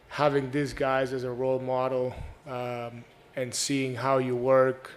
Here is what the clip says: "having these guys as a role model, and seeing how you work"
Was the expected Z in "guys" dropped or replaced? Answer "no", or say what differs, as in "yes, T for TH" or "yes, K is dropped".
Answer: no